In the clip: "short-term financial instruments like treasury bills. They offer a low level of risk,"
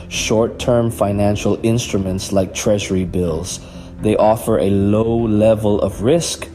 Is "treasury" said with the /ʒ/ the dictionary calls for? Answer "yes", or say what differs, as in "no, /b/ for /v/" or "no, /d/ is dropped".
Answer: yes